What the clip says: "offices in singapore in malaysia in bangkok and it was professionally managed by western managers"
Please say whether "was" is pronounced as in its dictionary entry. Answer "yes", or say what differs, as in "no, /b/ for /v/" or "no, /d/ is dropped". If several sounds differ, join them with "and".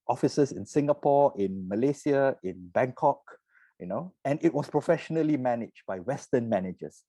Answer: no, /s/ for /z/